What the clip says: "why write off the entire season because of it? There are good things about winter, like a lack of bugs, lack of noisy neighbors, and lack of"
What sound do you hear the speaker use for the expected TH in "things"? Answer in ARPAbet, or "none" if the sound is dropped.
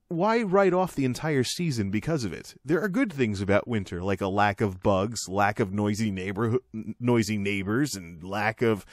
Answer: TH